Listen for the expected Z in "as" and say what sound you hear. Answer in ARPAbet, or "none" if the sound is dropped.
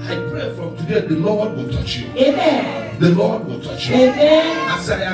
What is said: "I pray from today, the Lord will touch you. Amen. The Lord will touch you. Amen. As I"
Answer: S